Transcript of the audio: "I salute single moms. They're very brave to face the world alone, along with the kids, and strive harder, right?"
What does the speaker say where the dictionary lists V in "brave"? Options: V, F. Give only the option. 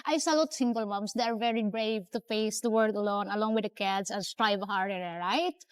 V